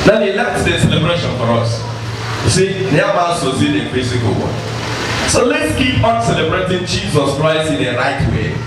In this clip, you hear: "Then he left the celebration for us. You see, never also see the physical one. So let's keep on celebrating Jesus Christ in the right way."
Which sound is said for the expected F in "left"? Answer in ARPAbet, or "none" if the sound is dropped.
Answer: none